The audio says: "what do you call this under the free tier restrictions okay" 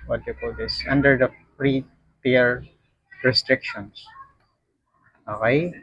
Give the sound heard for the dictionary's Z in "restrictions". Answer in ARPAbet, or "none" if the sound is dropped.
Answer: S